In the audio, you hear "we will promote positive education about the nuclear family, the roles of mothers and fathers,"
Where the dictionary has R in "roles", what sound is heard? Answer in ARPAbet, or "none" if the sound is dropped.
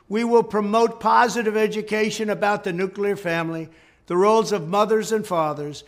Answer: R